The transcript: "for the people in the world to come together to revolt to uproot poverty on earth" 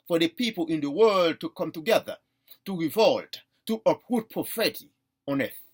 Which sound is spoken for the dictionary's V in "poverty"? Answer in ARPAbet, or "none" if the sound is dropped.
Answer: F